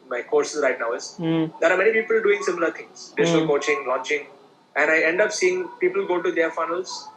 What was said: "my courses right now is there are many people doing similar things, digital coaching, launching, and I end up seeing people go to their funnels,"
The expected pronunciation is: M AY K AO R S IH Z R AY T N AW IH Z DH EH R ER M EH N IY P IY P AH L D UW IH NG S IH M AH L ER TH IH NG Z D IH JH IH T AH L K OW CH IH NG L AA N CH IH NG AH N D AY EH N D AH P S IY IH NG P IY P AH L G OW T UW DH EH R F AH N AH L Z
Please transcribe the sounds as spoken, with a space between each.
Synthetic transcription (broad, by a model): M AY K AO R S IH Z R AY T N AW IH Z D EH R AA M EH N IY P IY P AH L D UW IH NG S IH M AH L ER T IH NG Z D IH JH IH S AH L K OW CH IH NG L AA N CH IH NG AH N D AY EH N D AH P S IY IH NG P IY P AH L G OW T UW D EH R F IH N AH L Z